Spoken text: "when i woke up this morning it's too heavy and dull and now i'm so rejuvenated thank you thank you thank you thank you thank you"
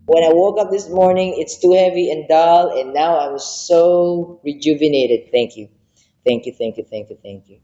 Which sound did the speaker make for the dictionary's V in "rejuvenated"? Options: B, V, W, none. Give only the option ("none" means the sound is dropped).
V